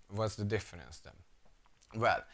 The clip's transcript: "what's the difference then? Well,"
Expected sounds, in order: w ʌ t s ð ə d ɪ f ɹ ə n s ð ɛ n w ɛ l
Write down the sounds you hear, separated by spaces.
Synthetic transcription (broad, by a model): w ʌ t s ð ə d ɪ f ɹ ə n s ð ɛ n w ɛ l